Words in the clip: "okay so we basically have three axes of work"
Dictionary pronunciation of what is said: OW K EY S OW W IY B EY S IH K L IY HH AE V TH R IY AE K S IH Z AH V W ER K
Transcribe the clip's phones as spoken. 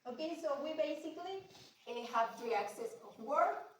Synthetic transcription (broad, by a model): OW K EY S OW W IY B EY S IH K L IY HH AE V T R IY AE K S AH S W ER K